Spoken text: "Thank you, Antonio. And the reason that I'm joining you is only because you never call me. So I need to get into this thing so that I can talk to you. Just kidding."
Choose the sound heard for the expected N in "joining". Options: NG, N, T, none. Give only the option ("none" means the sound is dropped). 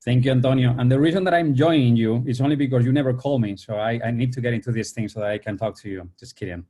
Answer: none